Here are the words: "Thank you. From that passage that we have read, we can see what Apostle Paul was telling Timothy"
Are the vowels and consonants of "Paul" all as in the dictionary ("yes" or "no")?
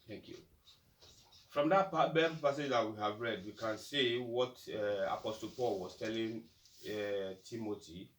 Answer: yes